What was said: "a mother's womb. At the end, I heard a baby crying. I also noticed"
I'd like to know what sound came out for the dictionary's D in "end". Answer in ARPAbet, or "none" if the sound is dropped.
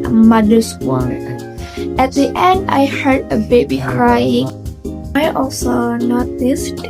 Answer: D